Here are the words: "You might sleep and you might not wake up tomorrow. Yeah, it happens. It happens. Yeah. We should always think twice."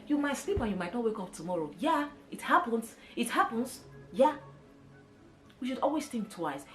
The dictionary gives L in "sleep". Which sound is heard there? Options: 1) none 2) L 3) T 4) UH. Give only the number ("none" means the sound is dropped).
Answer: 2